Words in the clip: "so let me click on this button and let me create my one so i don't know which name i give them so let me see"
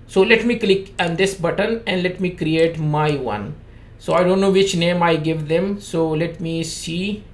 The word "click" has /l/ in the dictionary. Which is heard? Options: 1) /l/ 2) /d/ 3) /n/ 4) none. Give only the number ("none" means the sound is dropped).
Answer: 1